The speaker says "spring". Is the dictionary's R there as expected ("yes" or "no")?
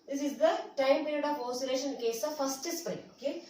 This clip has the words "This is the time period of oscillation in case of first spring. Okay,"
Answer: no